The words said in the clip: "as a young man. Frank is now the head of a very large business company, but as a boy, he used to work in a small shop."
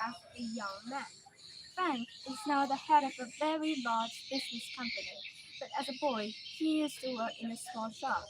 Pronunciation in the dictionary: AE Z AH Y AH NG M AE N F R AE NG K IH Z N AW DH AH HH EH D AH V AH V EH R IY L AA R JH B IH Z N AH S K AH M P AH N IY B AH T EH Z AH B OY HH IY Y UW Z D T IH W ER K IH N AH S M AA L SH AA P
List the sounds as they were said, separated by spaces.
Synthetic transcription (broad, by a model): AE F AH Y AH NG M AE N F AE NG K IH Z N AW DH AH HH EH D AH V AH V EH R IY L AA R JH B IH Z N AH S K AH M P AH N IY B AH T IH Z AH B OY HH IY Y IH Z T IH W ER K IH N AH S M AA L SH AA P